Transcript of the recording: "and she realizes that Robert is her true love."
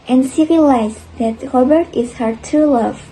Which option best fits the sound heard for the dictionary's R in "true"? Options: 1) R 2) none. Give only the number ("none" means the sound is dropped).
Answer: 2